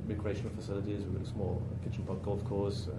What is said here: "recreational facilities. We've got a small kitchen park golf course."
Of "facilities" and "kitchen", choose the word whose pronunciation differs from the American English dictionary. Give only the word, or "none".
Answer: none